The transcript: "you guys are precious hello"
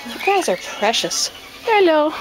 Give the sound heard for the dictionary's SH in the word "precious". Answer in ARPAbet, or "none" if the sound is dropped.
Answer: SH